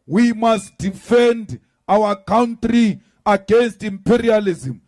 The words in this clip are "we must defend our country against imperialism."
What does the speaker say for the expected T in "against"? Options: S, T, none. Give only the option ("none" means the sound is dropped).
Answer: T